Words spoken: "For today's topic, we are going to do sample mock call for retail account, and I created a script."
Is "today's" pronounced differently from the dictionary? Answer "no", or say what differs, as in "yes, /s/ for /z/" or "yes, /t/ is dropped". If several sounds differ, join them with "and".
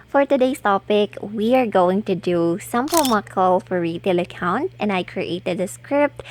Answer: yes, /s/ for /z/